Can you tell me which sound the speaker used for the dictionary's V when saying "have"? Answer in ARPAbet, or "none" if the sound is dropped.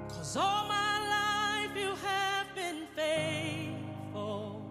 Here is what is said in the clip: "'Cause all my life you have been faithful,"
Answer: V